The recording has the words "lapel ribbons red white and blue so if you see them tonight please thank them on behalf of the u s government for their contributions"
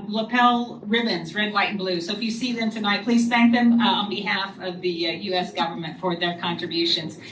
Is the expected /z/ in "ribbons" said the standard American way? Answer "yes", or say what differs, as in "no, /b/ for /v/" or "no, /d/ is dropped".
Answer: yes